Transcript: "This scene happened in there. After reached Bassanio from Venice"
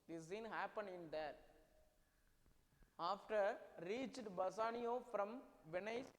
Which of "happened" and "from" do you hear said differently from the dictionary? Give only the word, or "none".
happened